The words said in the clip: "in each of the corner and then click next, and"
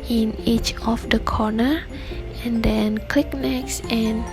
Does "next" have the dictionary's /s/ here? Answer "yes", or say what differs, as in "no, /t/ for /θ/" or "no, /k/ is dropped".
yes